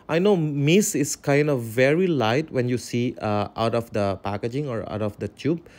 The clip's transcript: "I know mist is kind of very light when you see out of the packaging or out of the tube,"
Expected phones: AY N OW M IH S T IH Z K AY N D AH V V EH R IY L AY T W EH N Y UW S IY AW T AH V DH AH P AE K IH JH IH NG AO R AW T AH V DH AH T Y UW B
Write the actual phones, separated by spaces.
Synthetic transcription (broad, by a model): AY N OW M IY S IH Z K AY N D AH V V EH R IY L AY T W EH N Y UW S IY AW T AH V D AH P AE K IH JH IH NG AO R AW T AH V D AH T Y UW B